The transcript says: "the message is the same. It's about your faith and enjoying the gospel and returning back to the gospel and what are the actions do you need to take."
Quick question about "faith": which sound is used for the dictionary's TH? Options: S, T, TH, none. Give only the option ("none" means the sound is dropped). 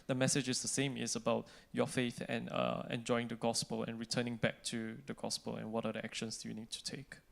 TH